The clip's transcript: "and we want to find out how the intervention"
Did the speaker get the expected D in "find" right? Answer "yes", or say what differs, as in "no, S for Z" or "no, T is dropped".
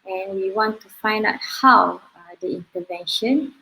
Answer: yes